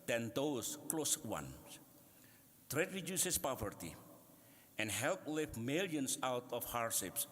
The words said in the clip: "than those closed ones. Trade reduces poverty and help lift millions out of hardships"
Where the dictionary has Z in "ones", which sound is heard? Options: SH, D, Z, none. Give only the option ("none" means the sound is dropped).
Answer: none